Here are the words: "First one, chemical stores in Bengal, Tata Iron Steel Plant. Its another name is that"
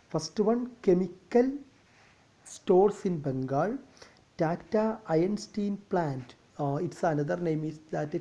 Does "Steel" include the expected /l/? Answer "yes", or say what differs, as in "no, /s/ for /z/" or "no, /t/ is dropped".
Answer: no, /n/ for /l/